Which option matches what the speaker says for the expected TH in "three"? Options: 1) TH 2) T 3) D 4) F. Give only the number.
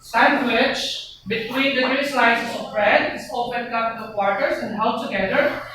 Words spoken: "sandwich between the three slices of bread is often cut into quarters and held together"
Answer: 2